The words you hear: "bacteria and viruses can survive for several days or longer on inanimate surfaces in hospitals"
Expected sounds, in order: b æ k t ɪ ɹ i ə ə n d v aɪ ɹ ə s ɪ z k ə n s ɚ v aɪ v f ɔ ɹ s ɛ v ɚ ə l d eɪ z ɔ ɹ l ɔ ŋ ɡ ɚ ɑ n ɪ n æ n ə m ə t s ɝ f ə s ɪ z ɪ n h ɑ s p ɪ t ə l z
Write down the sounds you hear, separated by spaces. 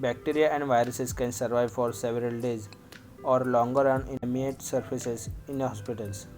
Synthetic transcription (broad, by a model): b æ k t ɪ ɹ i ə ə n d v aɪ ɹ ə s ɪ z k ə n s ɚ v aɪ v f ɔ ɹ s ɛ v ɚ ə l d eɪ z ɔ ɹ l ɔ ŋ ɡ ɚ ɑ n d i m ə ə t s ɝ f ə s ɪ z ɪ n h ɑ s p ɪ t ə l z